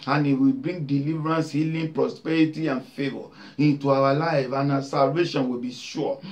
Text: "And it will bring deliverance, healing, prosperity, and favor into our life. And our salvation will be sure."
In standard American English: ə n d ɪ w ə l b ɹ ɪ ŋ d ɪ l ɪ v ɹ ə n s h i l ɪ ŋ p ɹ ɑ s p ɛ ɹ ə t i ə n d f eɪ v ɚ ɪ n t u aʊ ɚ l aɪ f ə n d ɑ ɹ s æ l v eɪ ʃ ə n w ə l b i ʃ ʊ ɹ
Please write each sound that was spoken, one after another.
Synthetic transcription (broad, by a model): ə n ɪ w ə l b ɹ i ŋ d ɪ l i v ɹ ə n s h i l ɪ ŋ p ɹ ɑ s p ɛ ɹ ə t i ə n f eɪ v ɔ ɪ n t u aʊ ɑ l aɪ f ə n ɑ s æ l v eɪ ʃ ə n w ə b i ʃ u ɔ